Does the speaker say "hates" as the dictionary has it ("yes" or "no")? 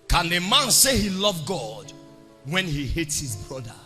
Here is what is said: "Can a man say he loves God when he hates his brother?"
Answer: yes